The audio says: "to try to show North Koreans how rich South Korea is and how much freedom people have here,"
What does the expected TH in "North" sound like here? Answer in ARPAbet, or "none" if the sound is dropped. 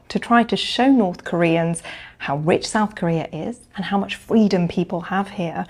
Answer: TH